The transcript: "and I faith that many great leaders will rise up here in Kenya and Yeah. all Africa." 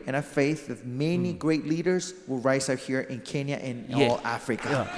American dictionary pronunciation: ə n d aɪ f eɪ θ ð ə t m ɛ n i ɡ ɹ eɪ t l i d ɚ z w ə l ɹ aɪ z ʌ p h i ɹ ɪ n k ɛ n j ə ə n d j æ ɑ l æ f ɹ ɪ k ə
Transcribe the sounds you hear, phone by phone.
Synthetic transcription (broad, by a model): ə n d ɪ f eɪ θ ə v m ɛ n i ɡ ɹ eɪ t l i d ɚ z w ə l ɹ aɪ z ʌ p h i ɹ ɪ n k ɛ n j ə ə n ɑ l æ f ɹ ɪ k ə